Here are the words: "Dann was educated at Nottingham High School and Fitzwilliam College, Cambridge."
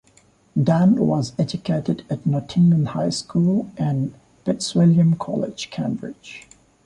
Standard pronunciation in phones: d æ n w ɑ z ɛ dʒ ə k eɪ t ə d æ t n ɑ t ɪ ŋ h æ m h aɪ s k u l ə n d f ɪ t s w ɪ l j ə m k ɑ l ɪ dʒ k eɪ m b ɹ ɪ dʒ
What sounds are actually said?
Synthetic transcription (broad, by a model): d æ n w ɑ z ɛ dʒ ə k eɪ t ə d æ t n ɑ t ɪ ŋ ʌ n h aɪ s k u l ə n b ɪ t s w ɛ l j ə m k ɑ l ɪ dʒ k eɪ m b ɹ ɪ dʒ